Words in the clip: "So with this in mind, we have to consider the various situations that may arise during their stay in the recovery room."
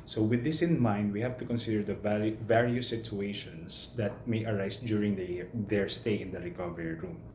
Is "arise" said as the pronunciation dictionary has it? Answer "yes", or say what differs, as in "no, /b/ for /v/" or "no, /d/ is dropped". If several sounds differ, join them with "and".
no, /s/ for /z/